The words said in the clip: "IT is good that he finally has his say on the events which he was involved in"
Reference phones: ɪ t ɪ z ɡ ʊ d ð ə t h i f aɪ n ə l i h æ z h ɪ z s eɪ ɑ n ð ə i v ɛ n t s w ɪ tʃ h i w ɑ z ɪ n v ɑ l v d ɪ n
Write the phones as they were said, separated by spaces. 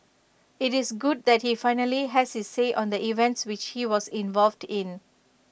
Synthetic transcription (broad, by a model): ɪ t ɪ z ɡ ʊ d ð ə t h i f aɪ n ə l i h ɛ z h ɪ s eɪ ɑ n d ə i v ɛ n t s w ɪ tʃ h i w ɑ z ɪ n v ɑ l v d ɪ n